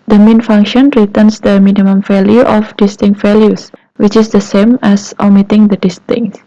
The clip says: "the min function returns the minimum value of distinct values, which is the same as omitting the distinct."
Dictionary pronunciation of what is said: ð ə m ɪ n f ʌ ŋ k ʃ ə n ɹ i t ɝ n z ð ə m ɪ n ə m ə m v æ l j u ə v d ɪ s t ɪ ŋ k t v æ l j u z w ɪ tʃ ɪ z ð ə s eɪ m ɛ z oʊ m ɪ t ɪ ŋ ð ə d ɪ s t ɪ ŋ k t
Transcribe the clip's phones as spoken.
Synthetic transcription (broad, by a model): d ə m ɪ n f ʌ ŋ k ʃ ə n ɹ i t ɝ n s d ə m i n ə m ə m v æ l j u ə f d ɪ s t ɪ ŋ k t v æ l j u s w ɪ tʃ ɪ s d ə s eɪ m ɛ s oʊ m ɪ t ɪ ŋ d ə d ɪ s t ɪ ŋ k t